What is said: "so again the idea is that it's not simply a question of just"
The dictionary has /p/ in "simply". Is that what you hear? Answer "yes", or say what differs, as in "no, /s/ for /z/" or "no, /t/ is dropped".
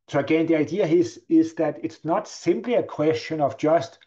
yes